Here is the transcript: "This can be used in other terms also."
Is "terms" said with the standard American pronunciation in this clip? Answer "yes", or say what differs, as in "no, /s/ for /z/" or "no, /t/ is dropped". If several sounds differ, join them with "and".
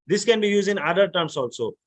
no, /s/ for /z/